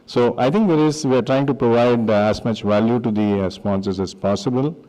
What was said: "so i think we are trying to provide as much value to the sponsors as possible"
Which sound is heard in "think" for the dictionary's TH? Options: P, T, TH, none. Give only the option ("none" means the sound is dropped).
T